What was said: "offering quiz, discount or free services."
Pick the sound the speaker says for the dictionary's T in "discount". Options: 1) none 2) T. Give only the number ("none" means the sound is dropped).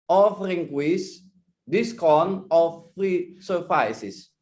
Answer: 1